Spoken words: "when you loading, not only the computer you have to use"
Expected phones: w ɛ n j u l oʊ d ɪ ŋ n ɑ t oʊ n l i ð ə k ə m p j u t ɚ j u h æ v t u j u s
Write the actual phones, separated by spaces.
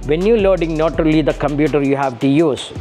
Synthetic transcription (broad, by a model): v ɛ n j u l oʊ d ɪ ŋ n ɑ t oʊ l i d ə k ə m p j u t ɚ j u h æ v t u j u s